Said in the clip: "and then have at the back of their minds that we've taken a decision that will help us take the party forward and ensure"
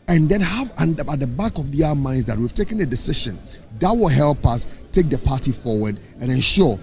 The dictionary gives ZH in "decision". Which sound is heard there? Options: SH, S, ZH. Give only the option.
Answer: SH